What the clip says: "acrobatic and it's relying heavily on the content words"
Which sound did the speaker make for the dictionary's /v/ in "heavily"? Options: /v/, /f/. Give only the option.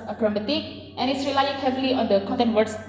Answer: /f/